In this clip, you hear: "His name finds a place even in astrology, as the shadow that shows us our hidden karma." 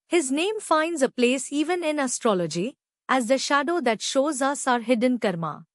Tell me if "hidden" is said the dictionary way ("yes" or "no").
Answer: yes